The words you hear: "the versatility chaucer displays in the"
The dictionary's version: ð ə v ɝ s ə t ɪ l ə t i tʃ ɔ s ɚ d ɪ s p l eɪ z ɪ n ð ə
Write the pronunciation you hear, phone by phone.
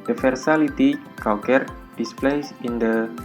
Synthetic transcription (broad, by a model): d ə f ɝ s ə l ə t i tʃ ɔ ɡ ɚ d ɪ s p l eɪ s ɪ n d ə